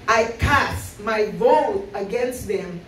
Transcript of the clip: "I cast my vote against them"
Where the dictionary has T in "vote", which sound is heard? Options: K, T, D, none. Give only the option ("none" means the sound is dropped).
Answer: none